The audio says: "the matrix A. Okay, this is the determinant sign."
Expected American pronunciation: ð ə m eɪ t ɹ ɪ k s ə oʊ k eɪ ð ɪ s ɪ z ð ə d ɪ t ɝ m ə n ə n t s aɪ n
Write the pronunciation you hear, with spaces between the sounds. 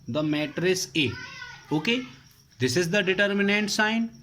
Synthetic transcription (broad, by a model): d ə m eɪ t ɹ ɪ s ə oʊ k eɪ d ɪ s ɪ z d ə d ɪ t ɝ m ə n ə n t s aɪ n